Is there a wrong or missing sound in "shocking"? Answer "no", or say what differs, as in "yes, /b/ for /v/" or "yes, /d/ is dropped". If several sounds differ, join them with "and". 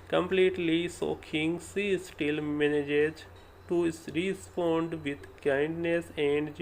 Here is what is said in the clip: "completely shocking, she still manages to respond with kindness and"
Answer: yes, /s/ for /ʃ/